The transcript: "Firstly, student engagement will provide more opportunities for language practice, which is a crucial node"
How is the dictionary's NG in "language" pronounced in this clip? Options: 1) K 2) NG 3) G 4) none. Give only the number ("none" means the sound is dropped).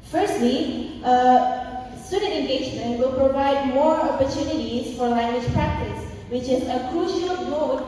2